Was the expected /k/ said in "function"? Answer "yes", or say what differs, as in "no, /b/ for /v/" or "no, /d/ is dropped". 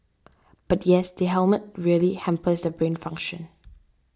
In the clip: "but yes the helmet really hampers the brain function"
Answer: yes